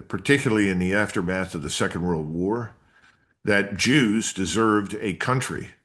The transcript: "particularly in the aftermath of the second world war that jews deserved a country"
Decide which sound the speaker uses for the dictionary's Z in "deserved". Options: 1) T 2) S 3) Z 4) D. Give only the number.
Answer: 3